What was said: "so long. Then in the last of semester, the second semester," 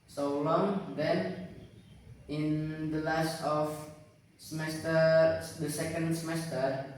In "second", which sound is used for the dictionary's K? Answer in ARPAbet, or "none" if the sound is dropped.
K